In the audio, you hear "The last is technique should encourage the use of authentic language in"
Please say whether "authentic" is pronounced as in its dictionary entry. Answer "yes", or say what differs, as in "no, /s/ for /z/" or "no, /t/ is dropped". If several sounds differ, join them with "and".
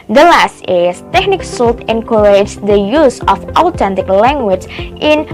no, /t/ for /θ/